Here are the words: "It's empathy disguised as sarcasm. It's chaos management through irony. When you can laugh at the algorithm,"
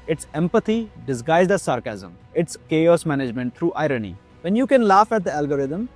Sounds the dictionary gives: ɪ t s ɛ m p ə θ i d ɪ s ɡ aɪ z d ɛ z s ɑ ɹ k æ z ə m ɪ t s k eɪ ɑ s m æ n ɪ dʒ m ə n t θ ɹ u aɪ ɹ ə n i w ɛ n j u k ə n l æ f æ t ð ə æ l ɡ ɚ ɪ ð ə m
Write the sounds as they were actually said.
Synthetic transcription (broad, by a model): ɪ t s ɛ m p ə t i d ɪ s ɡ aɪ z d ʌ s ɑ ɹ k æ z ə m ɪ t s k eɪ ɑ s m æ n ɪ dʒ m ə n t t ɹ u aɪ ɹ ə n i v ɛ n j u k ə n l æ f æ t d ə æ l ɡ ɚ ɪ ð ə m